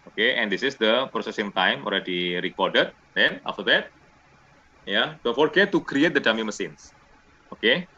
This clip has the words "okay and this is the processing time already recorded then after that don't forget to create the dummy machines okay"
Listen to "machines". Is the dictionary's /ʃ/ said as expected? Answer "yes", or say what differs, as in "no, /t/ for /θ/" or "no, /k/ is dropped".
no, /s/ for /ʃ/